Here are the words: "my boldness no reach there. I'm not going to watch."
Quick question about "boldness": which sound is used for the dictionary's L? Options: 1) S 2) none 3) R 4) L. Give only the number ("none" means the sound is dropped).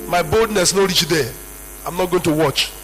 4